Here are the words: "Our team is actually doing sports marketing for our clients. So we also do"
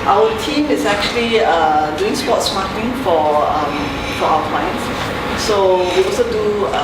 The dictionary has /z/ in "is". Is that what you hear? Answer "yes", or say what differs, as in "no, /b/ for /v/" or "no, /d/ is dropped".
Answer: no, /s/ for /z/